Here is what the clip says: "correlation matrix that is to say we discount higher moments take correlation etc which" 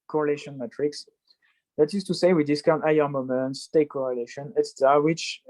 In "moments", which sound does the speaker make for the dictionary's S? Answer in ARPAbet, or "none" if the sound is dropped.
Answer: S